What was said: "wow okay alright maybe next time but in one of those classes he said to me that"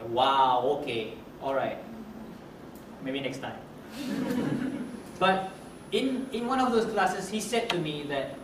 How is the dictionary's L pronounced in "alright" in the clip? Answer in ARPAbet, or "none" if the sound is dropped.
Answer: L